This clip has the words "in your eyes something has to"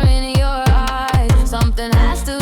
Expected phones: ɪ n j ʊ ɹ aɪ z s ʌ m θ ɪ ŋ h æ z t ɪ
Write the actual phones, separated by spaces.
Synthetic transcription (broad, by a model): ɪ n j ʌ ɹ aɪ s ʌ m θ ɪ ŋ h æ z t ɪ